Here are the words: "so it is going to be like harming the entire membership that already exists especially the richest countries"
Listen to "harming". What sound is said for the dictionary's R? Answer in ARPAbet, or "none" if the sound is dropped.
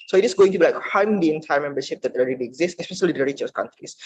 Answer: W